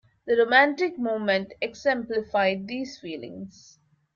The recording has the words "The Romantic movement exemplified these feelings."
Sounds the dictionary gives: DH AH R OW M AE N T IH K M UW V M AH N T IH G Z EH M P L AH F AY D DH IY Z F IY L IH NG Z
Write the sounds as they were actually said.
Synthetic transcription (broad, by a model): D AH R OW M AE N T IH K M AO M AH N T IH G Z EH M P L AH F AY D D IY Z F IY L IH NG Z